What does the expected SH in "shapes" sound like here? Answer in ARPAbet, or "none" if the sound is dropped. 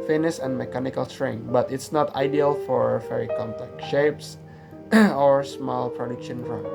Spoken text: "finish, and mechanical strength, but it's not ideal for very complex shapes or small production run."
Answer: SH